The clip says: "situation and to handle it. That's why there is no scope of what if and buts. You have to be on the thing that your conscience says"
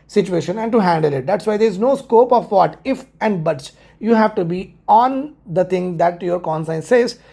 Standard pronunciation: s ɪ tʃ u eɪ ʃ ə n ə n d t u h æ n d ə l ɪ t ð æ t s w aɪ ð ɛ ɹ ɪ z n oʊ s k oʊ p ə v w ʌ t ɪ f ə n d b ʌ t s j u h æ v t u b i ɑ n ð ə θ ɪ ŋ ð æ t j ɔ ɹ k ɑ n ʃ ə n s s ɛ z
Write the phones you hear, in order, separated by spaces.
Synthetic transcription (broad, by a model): s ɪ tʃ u eɪ ʃ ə n ə n d t u h æ n d ə l ɪ t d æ t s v aɪ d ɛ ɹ ɪ z n oʊ s k oʊ p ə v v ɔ t ɪ f ə n d b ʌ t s j u h æ v t u b i ɑ n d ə t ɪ ŋ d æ t j ɔ ɹ k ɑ n s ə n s s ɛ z